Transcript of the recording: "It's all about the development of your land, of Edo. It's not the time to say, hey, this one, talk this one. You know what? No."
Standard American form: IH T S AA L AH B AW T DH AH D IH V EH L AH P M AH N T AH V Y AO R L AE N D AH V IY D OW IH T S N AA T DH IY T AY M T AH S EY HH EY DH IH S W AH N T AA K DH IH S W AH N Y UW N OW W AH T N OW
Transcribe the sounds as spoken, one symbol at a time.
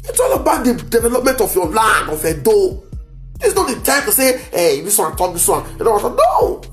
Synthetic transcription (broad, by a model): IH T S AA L AH B AW T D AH D IH V EH L AH P M AH N T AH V Y AO L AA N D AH F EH D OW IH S N AA T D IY T AY M T AH S EY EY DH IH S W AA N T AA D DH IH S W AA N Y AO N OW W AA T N OW